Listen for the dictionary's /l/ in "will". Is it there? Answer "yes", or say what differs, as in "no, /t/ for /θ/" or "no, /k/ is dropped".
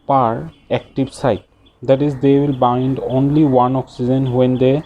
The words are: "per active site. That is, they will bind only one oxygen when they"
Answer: yes